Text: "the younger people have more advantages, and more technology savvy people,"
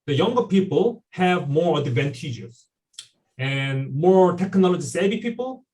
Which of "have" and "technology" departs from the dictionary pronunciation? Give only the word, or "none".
none